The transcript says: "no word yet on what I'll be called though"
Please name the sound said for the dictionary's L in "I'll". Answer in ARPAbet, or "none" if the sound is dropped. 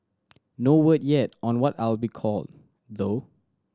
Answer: L